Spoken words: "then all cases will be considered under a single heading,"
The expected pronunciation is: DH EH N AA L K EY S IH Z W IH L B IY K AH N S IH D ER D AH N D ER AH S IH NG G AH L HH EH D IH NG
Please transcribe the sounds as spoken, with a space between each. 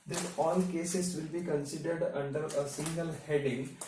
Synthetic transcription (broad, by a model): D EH N AA L K EY S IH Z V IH L B IY K AH N S IH D ER D AH N D ER AH S IH NG G AH L HH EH D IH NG